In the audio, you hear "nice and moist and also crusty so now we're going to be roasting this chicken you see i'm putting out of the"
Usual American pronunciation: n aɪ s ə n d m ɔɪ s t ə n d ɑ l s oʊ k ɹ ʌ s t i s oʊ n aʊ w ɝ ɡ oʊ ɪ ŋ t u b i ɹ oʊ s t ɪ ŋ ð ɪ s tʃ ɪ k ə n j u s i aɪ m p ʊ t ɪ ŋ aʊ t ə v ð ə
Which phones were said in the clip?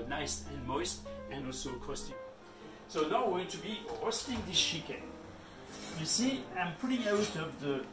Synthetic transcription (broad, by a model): n aɪ s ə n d m ɔɪ s t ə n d ɑ l s oʊ k ʌ s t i s oʊ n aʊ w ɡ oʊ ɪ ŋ t u b i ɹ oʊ s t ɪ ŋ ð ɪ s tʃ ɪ k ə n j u s i aɪ m p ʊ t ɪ ŋ aʊ t ə v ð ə